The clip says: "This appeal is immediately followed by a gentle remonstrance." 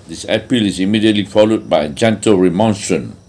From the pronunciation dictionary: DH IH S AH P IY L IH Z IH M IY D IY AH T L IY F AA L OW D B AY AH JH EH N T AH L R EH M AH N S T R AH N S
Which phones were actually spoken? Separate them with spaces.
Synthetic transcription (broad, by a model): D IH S AH P IY L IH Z IH M IY D IY AH T L IY F AA L OW D B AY AH JH EH N T AH L R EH M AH N S T R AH N